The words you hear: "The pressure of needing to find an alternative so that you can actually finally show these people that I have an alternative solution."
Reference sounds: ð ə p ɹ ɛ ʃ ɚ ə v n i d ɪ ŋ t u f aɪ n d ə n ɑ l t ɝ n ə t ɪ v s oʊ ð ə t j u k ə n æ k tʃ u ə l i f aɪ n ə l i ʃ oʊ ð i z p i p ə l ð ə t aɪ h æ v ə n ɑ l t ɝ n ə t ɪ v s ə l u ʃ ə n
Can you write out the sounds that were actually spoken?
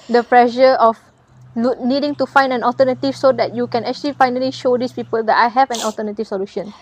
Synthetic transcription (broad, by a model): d ə p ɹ ɛ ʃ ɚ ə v n i d ɪ ŋ t u f aɪ n d ə n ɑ l t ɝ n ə t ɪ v s oʊ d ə t j u k ə n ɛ k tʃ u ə l i f aɪ n ə l i ʃ oʊ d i s p i p ə l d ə t aɪ h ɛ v ə n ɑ l t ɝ n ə t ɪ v s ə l u ʃ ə n